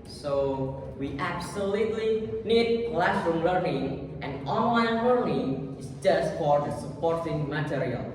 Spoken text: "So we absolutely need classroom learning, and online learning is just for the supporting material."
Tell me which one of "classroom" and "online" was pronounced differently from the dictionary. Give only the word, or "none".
none